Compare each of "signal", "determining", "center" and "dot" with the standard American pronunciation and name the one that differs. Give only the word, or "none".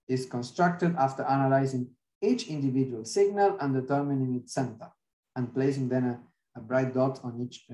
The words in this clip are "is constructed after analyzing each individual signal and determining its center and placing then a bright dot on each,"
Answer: none